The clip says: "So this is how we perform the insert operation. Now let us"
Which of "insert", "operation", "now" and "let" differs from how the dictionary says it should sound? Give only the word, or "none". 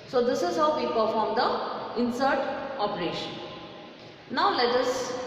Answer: none